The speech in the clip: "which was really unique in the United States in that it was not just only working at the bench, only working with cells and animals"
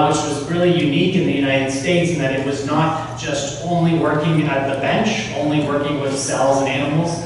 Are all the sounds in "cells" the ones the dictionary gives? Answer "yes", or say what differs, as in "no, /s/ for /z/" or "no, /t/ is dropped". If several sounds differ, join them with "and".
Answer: yes